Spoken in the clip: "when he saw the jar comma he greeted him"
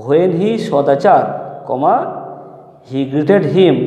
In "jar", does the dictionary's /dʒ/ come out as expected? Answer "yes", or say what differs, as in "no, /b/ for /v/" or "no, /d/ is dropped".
no, /tʃ/ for /dʒ/